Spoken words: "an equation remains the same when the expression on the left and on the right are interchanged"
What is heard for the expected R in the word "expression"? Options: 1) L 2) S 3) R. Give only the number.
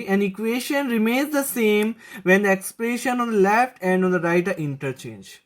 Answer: 1